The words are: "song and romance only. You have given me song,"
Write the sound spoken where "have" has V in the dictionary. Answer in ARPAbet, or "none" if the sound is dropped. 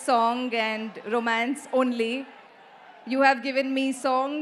V